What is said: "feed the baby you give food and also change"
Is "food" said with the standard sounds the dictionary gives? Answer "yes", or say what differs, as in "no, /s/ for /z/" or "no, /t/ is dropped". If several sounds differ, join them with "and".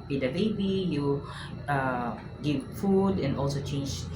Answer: yes